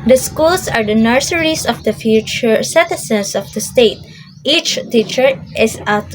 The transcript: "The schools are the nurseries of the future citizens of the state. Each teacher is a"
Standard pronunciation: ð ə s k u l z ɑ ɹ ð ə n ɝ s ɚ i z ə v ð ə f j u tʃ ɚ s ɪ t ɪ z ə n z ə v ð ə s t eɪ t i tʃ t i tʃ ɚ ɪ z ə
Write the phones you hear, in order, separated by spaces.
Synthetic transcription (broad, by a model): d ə s k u l s ɑ ɹ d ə n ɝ s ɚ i s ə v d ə f j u tʃ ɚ s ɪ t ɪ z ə n s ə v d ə s t eɪ t i tʃ t i tʃ ɚ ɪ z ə